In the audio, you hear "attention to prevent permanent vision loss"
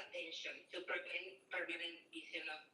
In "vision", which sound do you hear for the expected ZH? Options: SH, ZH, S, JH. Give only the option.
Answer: S